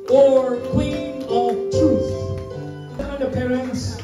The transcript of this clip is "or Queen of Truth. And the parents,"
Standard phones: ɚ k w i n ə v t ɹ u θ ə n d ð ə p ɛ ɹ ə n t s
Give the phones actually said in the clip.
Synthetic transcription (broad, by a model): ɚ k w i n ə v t u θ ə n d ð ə p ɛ ɹ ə n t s